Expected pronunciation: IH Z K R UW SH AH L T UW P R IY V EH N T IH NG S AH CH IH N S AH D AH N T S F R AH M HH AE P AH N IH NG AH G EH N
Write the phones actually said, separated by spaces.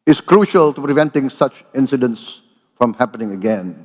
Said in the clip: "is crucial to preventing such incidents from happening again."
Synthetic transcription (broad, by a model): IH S K R UW SH AH L T UW P R IY V EH N T IH NG S AH CH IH N S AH D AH N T S F R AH M HH AE P AH N IH NG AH G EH N